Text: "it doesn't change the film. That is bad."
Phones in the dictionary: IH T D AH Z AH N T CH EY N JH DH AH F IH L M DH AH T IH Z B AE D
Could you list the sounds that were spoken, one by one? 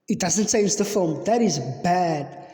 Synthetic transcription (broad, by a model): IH T D AH Z AH N T S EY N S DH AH F IH L M DH AH T IH Z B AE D